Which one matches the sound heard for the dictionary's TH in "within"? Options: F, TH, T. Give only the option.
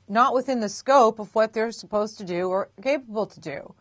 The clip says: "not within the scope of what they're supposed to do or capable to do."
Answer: TH